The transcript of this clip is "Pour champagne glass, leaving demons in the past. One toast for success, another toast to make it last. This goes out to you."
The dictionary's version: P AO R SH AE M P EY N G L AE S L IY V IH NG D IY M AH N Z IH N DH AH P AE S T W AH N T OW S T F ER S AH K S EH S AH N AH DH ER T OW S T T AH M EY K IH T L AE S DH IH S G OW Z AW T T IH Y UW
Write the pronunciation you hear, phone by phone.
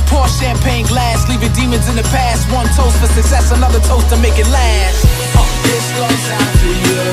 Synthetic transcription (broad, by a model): P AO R SH AE M P EY N G L AE S L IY V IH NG D IY M AH N Z IH N DH AH P AE S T W AH N T OW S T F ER S AH K S EH S AH N AH DH ER T OW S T T AH M EY K IH T L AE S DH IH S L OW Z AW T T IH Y